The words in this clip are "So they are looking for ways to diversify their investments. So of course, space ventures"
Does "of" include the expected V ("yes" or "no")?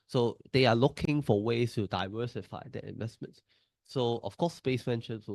no